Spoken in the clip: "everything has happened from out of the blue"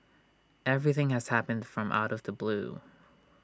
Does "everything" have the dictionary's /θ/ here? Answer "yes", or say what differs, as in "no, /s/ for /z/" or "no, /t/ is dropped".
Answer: yes